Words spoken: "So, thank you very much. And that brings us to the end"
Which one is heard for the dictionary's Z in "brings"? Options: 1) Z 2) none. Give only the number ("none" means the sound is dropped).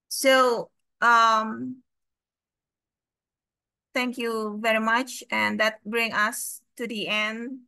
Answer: 2